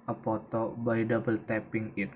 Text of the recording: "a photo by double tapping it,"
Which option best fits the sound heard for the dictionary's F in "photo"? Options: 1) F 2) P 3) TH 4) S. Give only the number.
2